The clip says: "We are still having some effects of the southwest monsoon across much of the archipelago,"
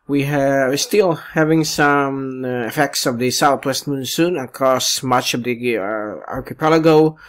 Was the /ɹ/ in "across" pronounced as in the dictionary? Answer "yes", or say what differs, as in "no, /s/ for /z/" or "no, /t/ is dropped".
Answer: no, /ɹ/ is dropped